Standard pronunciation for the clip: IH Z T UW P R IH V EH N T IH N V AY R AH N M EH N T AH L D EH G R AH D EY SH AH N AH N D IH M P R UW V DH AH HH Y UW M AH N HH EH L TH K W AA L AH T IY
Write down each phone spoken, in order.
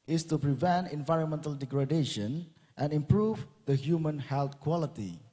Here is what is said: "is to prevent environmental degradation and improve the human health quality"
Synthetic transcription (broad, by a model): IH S T UW P R IH V EH N T IH N V AY R AH N M EH N T AH L D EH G R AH D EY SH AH N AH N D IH M P R UW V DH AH HH Y UW M AH N HH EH L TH K W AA L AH T IY